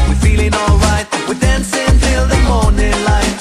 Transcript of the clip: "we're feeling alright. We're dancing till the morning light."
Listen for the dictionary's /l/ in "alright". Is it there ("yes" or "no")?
yes